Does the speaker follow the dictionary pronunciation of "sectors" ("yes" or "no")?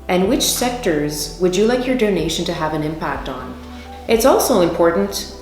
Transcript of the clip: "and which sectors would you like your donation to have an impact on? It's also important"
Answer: yes